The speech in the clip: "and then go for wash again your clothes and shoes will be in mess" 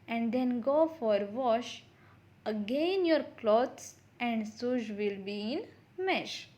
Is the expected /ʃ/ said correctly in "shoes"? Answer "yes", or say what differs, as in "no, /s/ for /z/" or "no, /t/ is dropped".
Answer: no, /s/ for /ʃ/